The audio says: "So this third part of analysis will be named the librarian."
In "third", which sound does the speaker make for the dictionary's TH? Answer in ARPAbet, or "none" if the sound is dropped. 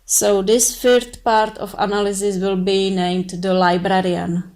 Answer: F